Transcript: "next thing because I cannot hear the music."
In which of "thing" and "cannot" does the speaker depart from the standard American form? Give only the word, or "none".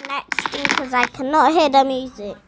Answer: thing